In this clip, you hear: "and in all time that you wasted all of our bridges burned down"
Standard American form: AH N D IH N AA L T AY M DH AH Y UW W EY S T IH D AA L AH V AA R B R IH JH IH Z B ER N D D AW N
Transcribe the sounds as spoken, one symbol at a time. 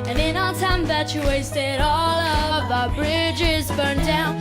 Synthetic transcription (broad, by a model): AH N IH N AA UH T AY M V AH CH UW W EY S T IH D AA L AH V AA B R IH JH IH Z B ER N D D AW N